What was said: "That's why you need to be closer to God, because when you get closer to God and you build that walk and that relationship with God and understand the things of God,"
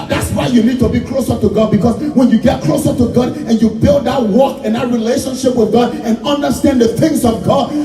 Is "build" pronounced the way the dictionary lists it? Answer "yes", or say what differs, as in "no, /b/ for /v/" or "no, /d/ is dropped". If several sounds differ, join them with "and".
yes